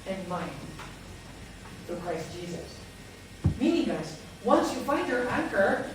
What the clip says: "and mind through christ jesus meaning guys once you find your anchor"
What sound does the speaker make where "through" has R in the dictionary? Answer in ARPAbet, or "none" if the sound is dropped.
none